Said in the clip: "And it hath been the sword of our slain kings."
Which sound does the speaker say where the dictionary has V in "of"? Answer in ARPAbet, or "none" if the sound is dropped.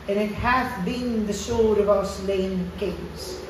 V